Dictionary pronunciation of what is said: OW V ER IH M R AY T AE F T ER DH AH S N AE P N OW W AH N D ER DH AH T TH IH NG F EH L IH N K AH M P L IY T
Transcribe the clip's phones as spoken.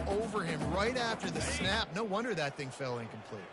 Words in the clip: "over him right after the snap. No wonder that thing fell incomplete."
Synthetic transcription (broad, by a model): OW V ER IH M R AY T AE F T ER DH AH S N AE P N OW W AH N D ER DH AH T TH IH NG F EH L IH N K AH M P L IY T